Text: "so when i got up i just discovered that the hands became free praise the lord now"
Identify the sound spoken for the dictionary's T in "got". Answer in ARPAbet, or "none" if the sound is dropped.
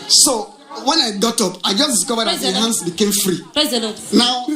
T